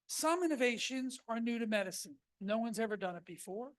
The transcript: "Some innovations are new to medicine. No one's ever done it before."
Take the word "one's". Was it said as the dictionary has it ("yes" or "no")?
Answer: yes